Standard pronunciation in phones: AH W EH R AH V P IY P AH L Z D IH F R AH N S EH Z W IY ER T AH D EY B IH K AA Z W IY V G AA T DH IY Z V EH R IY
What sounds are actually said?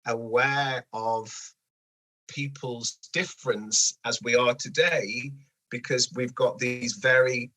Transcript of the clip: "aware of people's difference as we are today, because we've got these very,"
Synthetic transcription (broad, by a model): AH W EH R AH V P IY P AH L Z D IH F R AH N S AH Z W IY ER T AH D EY B IH K AA Z W IY V G AA T DH IY Z V EH R IY